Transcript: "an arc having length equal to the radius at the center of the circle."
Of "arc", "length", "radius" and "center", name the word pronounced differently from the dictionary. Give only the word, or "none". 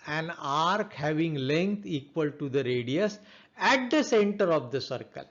length